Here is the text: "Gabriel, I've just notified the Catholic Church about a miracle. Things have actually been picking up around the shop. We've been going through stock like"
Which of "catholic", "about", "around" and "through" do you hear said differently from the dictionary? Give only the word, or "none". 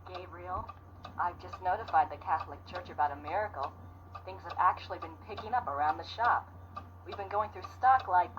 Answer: none